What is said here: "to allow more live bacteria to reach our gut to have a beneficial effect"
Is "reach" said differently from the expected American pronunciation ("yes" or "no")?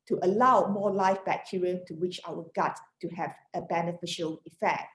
yes